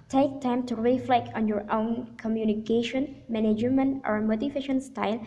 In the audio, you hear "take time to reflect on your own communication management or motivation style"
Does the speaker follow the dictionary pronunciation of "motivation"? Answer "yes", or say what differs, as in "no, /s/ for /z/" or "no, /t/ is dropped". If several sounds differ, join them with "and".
no, /f/ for /v/